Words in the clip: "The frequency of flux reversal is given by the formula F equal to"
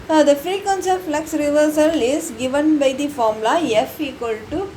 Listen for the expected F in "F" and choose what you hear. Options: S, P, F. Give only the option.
F